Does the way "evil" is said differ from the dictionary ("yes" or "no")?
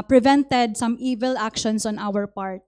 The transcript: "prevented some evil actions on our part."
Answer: no